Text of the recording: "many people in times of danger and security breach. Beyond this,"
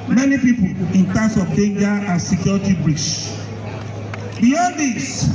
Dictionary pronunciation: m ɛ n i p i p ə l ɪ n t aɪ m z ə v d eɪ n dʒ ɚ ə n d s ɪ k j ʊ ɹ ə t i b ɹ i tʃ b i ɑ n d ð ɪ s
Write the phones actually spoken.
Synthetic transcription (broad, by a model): m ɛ n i p i p ə l ɪ n t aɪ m s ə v d eɪ n dʒ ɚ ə n s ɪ k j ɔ ɹ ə t i b ɹ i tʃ b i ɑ n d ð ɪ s